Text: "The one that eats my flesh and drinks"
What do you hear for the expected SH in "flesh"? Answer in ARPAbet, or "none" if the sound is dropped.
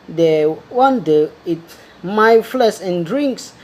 S